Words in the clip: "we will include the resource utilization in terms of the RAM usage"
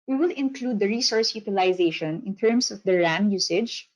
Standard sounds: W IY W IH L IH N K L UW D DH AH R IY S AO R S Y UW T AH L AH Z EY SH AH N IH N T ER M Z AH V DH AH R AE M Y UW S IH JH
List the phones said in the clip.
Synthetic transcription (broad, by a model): W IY W IH L IH N K L UW D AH R IY S AO R S Y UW T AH L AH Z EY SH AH N IH N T ER M S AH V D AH R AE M Y UW S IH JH